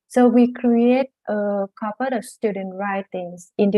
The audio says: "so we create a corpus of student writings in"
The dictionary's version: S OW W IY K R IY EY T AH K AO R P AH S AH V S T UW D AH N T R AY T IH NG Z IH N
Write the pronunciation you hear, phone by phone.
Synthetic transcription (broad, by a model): S OW W IY K R IY EY T AH K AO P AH AH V S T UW D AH N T R AY T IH NG S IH N